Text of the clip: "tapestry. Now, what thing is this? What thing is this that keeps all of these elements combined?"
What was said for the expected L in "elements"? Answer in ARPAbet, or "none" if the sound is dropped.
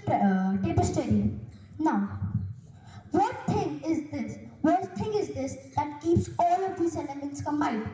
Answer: N